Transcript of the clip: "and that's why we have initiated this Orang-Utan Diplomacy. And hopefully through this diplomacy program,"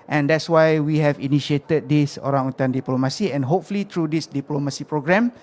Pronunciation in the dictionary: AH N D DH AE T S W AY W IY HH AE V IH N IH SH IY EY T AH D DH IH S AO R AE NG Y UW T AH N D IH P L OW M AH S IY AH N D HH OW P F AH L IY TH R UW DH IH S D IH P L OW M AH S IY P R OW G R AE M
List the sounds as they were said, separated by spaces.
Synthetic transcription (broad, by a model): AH N D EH T S W AY W IY HH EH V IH N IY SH IY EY T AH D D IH S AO R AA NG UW T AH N D IH P L OW M AH S IY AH N HH OW P F AH L IY T R UW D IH S D IH P L OW M AH S IY P R OW G R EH M